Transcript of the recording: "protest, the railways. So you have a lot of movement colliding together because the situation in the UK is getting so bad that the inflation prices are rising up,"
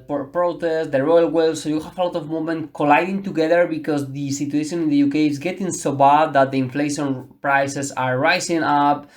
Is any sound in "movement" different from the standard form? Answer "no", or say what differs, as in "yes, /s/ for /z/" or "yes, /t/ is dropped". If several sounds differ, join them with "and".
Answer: yes, /v/ is dropped